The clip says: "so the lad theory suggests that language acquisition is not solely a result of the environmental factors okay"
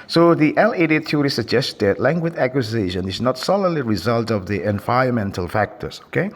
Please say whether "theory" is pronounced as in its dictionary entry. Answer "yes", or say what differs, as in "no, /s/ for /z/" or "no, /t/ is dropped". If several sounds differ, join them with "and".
no, /t/ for /θ/